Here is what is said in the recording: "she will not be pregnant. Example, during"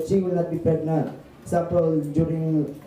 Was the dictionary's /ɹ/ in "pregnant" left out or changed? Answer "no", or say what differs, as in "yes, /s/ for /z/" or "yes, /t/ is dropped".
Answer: yes, /ɹ/ is dropped